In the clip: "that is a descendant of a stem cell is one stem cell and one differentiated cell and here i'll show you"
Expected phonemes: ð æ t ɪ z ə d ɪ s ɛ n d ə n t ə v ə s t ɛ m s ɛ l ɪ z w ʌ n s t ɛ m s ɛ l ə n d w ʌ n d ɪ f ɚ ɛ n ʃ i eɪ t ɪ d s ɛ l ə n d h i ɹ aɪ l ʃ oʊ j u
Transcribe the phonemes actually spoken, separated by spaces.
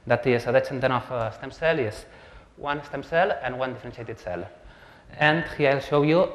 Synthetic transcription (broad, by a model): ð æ t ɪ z ə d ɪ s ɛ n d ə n ə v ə s t ɛ m s ɛ l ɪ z w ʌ n s t ɛ m s ɛ l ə n w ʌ n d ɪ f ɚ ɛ n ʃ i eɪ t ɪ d s ɛ l ə n d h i aɪ l ʃ oʊ j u